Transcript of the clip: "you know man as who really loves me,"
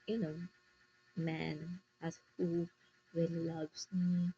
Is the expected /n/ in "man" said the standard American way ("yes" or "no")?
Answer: yes